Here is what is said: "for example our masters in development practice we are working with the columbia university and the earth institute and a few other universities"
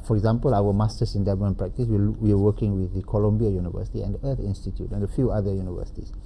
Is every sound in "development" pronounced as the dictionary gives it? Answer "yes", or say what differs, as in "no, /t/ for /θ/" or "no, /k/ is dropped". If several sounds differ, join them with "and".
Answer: no, /p/ is dropped